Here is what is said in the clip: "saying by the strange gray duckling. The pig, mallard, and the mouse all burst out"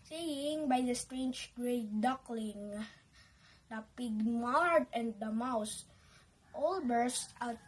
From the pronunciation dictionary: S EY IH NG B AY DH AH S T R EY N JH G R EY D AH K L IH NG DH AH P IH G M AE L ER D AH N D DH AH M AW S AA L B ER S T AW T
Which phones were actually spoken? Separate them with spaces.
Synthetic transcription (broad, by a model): S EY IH NG B AY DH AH S T R EY N JH G R EY D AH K L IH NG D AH P IH G M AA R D AH N D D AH M AW S AA L B ER S T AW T